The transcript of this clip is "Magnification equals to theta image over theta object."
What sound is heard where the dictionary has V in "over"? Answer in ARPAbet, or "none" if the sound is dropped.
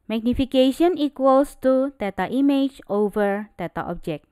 V